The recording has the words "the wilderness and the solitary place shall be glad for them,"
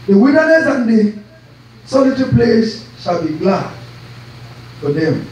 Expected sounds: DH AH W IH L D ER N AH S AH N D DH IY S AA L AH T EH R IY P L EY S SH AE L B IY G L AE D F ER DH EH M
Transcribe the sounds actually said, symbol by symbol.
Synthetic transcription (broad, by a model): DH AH W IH N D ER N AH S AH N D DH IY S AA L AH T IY P L EY S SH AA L B IY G L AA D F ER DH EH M